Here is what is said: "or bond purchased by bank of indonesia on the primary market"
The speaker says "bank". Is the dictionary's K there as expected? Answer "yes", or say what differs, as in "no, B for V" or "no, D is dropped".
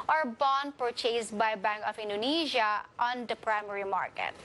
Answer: yes